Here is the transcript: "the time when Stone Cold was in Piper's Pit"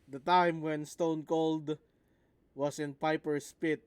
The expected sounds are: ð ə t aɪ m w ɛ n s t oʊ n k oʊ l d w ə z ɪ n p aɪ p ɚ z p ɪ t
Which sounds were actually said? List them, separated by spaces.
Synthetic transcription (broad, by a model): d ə t aɪ m w ɛ n s t oʊ n k oʊ l d w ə s ɪ n p aɪ p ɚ s p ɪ t